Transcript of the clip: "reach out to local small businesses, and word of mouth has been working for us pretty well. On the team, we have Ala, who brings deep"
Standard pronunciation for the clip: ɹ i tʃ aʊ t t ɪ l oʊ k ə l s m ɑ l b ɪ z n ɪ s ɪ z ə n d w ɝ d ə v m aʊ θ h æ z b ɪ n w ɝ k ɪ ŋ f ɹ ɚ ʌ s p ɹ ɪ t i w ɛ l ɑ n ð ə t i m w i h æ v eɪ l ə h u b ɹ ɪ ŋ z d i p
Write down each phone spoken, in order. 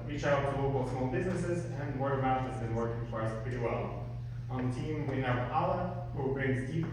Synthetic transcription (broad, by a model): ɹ i tʃ aʊ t t ɪ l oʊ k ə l s m ɑ l b ɪ z n ɪ s ɪ z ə n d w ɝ ə m aʊ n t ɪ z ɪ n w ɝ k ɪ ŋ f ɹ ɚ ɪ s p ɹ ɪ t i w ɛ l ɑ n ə t i m w i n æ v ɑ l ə h u b ɹ ɪ ŋ z d i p